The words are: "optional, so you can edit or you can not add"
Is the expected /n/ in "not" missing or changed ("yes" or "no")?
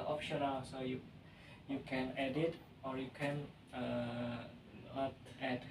yes